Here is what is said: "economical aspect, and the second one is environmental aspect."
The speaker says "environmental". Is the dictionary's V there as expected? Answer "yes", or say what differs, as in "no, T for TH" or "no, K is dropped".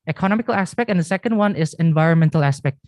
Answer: yes